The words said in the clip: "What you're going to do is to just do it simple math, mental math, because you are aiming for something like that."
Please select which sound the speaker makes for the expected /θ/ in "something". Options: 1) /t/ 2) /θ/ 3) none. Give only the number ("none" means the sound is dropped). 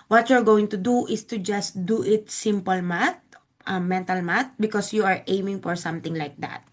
1